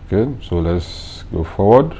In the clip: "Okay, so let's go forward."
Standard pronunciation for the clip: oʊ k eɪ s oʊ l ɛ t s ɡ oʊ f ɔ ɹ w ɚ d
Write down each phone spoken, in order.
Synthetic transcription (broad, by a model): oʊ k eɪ s oʊ l ɛ t s ɡ oʊ f ɔ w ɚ d